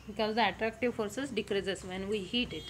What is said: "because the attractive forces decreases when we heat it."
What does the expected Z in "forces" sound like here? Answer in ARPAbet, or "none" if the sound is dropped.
S